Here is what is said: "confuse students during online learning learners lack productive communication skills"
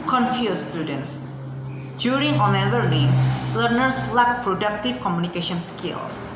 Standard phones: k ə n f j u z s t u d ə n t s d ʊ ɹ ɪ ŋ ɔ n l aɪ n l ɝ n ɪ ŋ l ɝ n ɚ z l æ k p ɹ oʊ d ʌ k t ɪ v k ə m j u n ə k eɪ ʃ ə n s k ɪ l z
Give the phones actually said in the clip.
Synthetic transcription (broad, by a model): k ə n f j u s t u d ə n t s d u ɹ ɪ ŋ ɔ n aɪ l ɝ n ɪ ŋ l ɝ n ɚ s l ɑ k p ɹ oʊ d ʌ k t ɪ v k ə m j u n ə k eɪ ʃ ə n s k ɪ l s